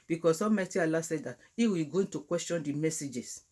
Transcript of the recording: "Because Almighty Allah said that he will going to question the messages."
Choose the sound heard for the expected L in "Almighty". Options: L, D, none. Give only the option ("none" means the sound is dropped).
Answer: none